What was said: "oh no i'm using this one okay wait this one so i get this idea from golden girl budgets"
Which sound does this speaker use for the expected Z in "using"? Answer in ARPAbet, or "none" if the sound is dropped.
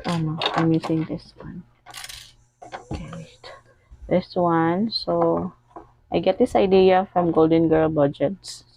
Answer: S